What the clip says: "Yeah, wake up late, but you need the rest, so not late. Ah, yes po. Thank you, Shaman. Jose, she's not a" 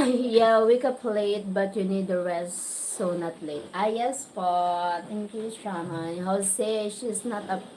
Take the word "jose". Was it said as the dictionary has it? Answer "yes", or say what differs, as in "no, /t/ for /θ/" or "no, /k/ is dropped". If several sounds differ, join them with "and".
no, /s/ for /z/